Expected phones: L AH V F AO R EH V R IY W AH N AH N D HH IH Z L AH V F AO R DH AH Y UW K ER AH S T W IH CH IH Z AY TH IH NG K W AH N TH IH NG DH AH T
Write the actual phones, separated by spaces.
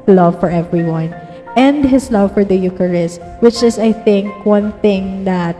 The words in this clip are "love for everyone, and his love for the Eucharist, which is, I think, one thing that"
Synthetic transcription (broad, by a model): L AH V F AO R EH V R IY W AH N AH N D HH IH S L AH V F AO R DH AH Y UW K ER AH S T W IH CH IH S AY TH IH NG K W AH N TH IH NG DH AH T